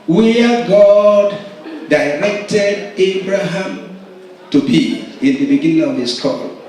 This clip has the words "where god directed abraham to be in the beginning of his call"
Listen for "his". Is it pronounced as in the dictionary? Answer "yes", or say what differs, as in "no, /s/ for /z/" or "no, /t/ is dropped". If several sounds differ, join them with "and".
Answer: no, /s/ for /z/